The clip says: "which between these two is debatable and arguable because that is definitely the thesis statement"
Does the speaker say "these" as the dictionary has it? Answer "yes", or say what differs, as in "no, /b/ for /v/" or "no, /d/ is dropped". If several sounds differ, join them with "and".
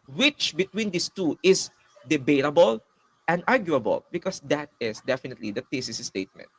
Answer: no, /s/ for /z/